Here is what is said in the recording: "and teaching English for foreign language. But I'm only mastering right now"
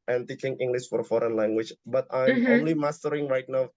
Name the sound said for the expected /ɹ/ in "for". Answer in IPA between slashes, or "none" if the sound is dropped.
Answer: /ɹ/